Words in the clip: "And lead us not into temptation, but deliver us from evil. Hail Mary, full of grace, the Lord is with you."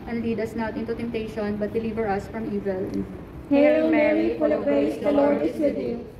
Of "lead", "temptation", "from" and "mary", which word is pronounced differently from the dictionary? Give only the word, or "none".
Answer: none